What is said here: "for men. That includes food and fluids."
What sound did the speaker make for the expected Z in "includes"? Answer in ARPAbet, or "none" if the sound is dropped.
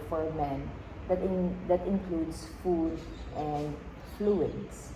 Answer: S